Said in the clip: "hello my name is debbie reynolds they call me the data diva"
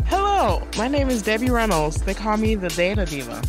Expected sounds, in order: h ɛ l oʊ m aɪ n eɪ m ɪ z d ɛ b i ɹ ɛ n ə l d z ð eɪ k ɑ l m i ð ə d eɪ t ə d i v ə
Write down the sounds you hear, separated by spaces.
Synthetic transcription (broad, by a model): h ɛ l oʊ m aɪ n eɪ m ɪ z d ɛ b i ɹ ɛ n l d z ð eɪ k ɑ l m i ð ə d eɪ t ə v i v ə